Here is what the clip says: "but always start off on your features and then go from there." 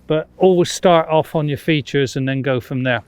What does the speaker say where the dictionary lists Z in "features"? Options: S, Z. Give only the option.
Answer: Z